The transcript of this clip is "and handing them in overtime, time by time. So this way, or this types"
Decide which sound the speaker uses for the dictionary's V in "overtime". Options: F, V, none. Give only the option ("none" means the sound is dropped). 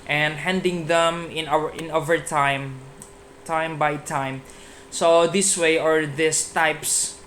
V